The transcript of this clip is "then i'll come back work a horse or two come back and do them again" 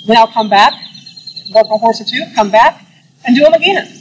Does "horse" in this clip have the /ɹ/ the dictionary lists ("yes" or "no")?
yes